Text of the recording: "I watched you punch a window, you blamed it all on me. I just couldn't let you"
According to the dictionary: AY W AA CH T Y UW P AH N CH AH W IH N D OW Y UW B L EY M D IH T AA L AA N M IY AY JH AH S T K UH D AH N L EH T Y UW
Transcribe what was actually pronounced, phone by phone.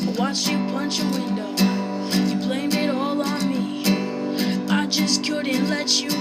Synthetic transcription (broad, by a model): W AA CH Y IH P AH N CH AH W IH N D OW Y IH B L EY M IH T AA L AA N M IY AY JH AH S K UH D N L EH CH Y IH